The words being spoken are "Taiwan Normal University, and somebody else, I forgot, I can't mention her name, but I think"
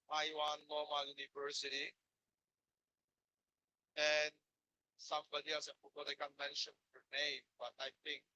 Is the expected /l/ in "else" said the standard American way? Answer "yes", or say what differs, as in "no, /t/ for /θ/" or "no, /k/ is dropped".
no, /l/ is dropped